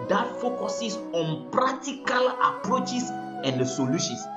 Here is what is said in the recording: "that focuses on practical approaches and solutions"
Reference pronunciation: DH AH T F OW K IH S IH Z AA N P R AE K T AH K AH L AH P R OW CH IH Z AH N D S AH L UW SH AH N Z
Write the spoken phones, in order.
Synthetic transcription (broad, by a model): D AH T F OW K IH S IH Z AA N P R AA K T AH K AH L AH P R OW CH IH S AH N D S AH L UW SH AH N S